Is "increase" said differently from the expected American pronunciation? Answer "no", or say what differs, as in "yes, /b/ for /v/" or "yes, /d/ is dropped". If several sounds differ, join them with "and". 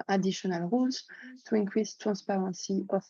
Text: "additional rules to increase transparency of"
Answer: yes, /w/ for /ɹ/